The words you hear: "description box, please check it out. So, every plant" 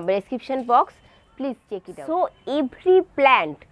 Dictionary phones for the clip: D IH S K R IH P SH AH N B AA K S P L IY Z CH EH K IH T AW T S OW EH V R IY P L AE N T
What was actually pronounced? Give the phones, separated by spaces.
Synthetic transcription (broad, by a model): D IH S K R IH P SH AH N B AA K S P L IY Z CH EH K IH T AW S OW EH B R IY P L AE N T